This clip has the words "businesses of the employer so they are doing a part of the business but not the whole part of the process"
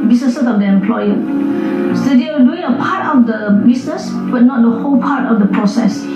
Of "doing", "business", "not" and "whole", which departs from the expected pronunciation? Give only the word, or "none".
business